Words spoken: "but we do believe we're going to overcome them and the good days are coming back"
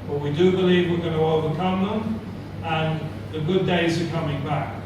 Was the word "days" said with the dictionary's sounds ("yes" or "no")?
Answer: yes